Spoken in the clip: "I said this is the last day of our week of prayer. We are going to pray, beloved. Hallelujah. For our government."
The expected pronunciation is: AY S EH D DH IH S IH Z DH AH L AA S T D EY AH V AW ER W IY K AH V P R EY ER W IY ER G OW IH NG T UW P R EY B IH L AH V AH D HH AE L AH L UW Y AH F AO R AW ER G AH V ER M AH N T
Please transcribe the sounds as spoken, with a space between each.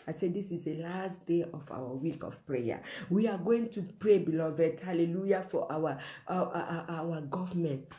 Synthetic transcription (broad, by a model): AY S EH D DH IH S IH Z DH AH L AA S T D EY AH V AW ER W IY K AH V P R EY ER W IY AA G OW IH NG T UW P R EY B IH L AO V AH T HH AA L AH L UW Y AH F AO W AW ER G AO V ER M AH N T